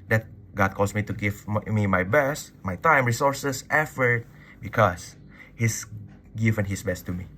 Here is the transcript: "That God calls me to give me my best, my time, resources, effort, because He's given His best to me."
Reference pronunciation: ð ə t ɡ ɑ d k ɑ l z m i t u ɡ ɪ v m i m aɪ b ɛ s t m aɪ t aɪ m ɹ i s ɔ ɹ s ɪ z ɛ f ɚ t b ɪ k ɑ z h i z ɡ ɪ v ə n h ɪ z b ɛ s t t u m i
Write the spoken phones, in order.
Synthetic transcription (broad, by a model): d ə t ɡ ɑ d k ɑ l s m i t u ɡ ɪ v m i m aɪ b ɛ s t m aɪ t aɪ m ɹ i s ɔ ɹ s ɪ s ɛ f ɚ t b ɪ k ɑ s h i s ɡ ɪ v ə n h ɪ s b ɛ s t t u m i